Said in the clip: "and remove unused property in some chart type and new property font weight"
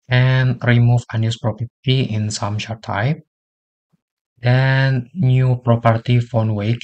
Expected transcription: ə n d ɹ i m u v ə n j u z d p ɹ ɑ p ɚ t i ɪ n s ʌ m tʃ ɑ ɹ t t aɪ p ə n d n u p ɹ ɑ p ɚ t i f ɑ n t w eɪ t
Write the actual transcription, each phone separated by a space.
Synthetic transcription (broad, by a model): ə n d ɹ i m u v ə n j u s p ɹ ɑ p ɚ t i ɪ n s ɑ m ʃ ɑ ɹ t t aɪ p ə n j u p ɹ ɑ p ɚ t i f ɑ n w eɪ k